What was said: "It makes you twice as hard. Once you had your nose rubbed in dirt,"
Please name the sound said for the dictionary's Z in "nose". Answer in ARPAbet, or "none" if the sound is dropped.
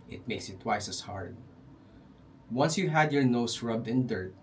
S